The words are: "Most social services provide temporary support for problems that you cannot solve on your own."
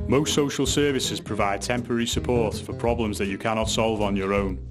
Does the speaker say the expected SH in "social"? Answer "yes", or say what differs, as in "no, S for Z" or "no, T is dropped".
yes